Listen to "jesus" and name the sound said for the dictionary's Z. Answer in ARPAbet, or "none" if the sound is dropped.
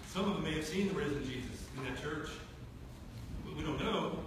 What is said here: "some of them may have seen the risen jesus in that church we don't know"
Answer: Z